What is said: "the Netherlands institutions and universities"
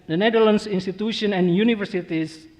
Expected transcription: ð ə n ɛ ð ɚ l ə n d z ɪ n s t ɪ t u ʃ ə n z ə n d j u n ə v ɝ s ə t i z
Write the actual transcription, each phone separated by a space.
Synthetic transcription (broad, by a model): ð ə n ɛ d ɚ l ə n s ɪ n s t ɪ t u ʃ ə n ə n j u n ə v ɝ s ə t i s